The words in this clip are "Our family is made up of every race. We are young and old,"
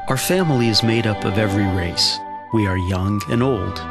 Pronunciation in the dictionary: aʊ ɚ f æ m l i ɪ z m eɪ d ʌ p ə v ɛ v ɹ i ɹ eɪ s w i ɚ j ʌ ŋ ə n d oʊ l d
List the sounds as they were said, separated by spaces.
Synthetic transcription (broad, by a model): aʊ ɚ f æ m l i ɪ z m eɪ d ʌ p ə v ɛ v ɹ i ɹ eɪ s w i ɚ j ʌ ŋ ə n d oʊ l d